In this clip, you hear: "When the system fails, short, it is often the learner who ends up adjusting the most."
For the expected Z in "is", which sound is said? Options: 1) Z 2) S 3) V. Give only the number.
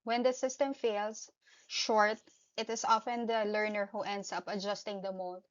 2